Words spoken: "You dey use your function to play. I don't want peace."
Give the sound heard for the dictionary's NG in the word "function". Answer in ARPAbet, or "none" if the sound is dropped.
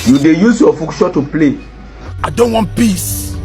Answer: none